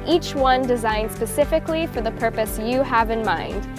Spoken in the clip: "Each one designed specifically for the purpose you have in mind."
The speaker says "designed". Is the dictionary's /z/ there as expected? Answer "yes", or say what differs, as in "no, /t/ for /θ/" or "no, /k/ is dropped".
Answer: yes